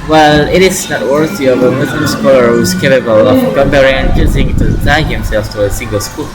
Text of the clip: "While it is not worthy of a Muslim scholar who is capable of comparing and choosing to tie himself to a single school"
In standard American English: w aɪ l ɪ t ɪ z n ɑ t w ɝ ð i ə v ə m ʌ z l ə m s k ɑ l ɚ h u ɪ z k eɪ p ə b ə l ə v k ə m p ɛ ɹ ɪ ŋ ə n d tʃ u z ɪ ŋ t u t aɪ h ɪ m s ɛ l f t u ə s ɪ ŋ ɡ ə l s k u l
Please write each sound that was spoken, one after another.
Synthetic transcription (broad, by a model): w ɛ l ɪ t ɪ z n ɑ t w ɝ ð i ə v ə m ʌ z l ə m s k ɑ l ɚ h u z k eɪ p ə b ə l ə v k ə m b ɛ ɹ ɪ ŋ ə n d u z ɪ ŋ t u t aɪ h ɪ m s ɛ l f t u ə s ɪ ŋ ɡ ə l s k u l